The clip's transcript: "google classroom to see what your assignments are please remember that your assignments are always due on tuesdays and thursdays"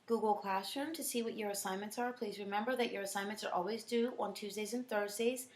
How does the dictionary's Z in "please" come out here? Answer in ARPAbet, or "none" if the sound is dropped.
Z